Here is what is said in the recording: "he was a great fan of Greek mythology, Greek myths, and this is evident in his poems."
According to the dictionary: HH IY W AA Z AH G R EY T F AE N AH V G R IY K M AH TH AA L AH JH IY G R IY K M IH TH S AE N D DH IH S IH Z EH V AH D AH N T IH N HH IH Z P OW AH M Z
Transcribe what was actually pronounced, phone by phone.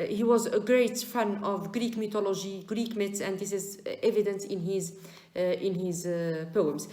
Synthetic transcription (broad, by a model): HH IY W AA Z AH G R EY T F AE N AH V G R IY K M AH T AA L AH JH IY G R IY K M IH T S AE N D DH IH S IH Z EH V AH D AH N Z IH N HH IH Z P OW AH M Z